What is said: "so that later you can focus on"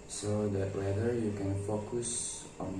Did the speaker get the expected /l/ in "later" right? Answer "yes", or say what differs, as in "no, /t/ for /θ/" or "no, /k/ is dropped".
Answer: no, /w/ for /l/